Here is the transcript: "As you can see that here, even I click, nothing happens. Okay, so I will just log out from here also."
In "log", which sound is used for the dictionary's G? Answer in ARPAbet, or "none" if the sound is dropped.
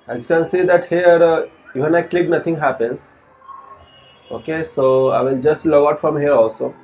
none